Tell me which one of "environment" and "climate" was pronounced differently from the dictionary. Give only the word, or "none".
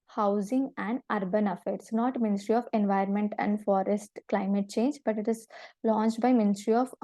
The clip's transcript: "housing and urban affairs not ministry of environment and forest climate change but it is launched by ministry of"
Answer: environment